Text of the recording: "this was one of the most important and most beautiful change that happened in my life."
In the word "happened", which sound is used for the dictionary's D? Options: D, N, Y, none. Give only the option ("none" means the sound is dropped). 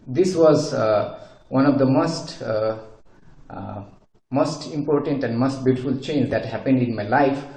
D